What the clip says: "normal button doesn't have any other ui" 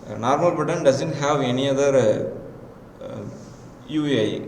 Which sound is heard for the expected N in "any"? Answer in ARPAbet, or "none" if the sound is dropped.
N